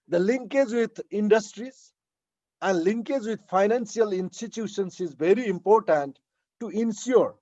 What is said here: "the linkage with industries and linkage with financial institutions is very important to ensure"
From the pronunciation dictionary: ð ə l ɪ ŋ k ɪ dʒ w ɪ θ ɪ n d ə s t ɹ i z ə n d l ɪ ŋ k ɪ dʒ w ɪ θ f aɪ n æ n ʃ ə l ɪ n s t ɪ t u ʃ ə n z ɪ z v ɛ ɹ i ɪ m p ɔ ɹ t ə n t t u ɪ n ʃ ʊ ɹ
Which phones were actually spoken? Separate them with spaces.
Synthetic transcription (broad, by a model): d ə l ɪ ŋ k ɪ dʒ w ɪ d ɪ n d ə s t ɹ i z ə n d l ɪ ŋ k ɪ dʒ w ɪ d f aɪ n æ n s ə l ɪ n s t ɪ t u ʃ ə n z ɪ z v ɛ ɹ i ɪ m p ɔ ɹ t ə n t t u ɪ n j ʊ ɹ